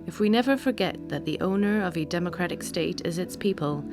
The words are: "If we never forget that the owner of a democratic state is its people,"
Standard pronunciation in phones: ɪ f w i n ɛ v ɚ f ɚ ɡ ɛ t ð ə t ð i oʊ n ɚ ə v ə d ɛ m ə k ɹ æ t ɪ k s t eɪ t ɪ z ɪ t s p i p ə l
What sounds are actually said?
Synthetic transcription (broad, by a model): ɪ f w i n ɛ v ɚ f ɚ ɡ ɛ t ð ə t ð i oʊ n ɚ ə v ə d ɛ m ə k ɹ æ t ɪ k s t eɪ t ɪ z ɪ t s p i p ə l